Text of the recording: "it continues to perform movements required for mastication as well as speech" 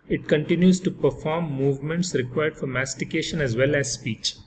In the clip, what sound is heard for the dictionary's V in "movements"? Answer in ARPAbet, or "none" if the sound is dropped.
V